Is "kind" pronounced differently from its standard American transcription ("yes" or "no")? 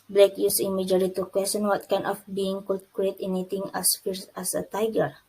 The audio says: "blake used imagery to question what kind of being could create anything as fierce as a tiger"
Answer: yes